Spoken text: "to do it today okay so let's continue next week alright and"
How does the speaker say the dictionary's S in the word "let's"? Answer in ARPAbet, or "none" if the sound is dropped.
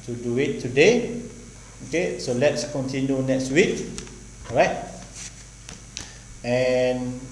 S